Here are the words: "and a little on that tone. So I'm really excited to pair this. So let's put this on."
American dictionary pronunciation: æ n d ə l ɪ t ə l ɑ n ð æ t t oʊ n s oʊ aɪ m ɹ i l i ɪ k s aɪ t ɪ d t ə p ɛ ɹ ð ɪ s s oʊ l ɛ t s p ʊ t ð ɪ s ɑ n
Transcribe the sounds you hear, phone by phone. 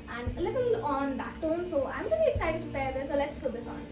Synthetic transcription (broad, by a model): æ n d ə l ɪ t ə l ɑ n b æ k t oʊ n s oʊ aɪ m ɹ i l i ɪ k s aɪ t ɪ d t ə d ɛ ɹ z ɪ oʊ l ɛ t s f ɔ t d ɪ s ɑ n